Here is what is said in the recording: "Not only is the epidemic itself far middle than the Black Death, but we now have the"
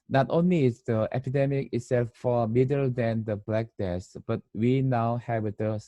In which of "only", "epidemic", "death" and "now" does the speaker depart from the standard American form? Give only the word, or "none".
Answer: death